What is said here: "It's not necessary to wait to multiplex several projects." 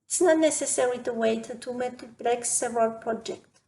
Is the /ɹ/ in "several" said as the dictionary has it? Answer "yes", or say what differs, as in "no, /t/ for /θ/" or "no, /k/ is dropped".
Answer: no, /ɹ/ is dropped